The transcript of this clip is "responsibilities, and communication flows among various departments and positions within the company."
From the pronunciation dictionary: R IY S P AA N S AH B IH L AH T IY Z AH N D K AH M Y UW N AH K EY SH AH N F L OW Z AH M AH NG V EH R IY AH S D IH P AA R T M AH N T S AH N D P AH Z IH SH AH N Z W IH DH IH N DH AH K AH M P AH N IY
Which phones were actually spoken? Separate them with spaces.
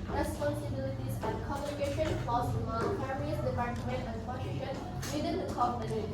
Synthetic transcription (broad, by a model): R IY S P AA N S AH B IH L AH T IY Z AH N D K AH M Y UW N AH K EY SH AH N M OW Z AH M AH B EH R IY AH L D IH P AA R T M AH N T AH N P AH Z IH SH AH N W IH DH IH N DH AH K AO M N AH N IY